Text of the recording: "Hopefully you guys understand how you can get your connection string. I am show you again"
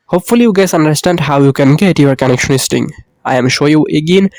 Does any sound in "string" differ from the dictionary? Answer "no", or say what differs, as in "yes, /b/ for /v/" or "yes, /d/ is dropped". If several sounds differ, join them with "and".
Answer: yes, /ɹ/ is dropped